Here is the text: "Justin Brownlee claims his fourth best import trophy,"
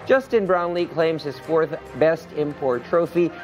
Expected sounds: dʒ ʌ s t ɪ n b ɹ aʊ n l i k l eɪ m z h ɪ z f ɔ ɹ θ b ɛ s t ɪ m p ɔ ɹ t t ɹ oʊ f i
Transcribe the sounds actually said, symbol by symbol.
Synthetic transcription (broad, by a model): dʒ ʌ s t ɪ n b ɹ aʊ n l i k l eɪ m z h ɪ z f ɔ ɹ θ b ɛ s t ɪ m p ɔ ɹ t t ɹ oʊ f i